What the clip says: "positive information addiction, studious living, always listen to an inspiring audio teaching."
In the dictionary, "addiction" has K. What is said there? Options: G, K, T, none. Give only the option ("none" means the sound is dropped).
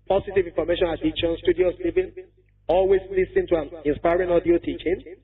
none